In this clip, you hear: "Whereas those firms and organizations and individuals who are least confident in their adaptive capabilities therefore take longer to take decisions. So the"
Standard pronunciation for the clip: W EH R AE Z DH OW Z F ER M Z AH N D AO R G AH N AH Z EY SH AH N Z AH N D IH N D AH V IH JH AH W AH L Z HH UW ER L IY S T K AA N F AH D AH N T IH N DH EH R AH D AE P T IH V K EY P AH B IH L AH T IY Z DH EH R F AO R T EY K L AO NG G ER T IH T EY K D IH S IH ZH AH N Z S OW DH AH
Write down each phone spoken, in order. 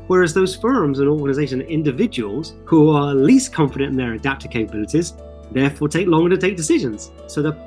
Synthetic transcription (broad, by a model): W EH R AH Z DH OW Z F ER M Z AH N AO R G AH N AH Z EY AH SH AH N IH N D AH V IH JH AH W AH L Z HH UW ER L IY S K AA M F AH D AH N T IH N DH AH R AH D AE P T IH K EY P AH B IH L AH T IY Z DH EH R F AO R T EY K L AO NG G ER T IH T EY K D IH S IH ZH AH N Z S OW DH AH